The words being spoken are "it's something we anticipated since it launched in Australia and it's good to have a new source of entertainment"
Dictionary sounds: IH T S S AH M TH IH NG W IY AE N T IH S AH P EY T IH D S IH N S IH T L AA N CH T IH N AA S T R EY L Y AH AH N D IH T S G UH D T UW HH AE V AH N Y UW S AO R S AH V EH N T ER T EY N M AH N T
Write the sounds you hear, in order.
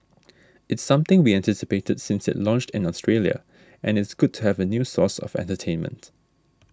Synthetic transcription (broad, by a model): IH T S S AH M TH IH NG W IY AE N T IH S AH P EY T IH D S IH N S IH T L AA N CH T IH N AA S T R EY L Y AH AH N IH T S G UH D T UW HH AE V AH N Y UW S AO S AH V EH N T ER T EY N M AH N T